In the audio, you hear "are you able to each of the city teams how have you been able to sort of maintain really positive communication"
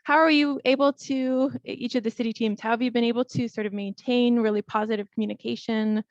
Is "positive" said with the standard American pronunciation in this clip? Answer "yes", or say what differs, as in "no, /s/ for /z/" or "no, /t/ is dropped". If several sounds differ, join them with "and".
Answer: yes